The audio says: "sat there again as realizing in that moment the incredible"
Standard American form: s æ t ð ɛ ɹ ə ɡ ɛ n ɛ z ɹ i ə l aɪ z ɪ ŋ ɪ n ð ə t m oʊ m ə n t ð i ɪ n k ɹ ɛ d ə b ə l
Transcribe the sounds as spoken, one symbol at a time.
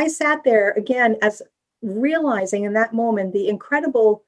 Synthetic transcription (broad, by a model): s æ t ð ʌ ɹ ə ɡ ɛ n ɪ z ɹ i ə l aɪ z ɪ ŋ ɪ n ð ə t m oʊ m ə n ð i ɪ n k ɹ ɛ d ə b l